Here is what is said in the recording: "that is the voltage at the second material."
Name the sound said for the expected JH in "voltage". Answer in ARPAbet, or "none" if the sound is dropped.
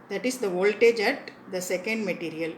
JH